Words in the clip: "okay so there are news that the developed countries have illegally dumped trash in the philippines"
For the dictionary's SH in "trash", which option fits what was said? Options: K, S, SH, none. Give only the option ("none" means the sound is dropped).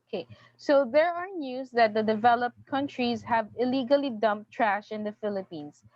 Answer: SH